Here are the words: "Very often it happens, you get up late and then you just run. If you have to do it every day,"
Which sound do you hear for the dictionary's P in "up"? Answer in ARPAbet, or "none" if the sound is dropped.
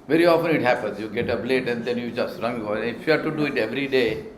B